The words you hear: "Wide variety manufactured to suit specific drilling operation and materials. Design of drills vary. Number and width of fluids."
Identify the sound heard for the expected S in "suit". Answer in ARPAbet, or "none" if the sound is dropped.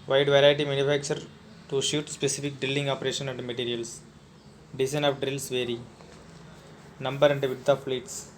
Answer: SH